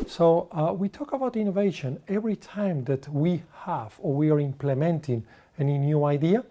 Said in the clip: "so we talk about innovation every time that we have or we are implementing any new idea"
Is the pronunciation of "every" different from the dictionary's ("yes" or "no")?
no